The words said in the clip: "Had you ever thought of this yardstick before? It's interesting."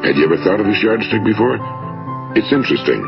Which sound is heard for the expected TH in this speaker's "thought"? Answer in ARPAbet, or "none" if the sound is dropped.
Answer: TH